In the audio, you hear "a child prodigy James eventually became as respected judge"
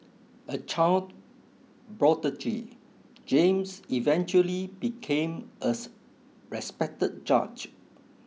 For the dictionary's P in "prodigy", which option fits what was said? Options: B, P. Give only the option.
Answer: B